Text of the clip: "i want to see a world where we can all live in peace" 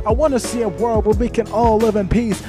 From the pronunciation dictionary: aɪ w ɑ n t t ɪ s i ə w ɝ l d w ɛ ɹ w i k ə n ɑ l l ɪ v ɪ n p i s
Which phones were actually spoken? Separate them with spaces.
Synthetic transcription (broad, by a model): aɪ w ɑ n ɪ s i ə w ɝ l d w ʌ l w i k ə n ɑ l l ɪ v ɪ n p i s